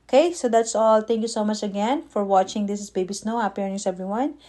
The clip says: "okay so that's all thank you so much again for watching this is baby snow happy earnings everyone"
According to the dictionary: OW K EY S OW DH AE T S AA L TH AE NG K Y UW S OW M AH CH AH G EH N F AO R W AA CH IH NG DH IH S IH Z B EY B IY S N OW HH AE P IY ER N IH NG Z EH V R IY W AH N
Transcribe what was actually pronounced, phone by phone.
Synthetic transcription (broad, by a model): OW K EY S OW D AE T S AA L T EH NG K Y UW S OW M AH CH AH G EH N F AO R W AA CH IH NG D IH S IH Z B EY B IY S N OW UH IY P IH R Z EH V R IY W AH N